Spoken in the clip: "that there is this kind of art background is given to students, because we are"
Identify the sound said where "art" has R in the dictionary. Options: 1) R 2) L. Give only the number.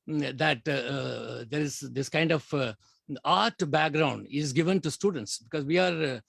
1